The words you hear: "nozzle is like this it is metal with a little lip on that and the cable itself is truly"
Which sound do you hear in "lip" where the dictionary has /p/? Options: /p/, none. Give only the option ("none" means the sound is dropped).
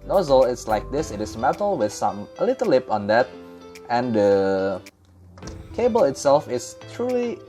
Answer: /p/